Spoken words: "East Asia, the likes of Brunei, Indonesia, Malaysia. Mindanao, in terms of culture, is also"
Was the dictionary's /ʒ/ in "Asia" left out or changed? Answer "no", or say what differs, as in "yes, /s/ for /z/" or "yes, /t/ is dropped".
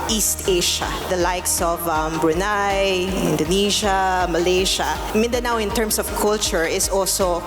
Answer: yes, /ʃ/ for /ʒ/